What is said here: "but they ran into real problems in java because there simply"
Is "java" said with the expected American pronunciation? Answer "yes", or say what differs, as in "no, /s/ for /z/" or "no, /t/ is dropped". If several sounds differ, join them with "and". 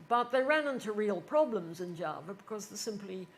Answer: yes